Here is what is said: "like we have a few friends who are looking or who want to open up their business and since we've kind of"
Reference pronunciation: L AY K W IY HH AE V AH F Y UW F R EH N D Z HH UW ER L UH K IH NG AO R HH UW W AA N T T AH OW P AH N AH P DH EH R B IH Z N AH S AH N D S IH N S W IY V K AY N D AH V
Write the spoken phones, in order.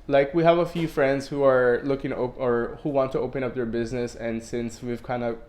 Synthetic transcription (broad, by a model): L AY K W IY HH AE V AH F Y UW F R EH N D Z HH UW ER L UH K IH NG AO R HH UW W AA N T T AH OW P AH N AH P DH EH R B IH Z N AH S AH N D S IH N S W IY V K AY N D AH